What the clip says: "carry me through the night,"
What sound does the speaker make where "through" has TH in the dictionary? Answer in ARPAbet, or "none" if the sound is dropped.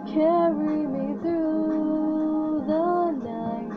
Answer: TH